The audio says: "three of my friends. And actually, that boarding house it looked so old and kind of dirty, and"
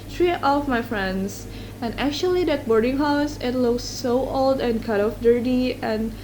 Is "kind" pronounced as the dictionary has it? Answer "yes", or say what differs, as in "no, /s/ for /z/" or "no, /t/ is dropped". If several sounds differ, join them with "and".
no, /n/ is dropped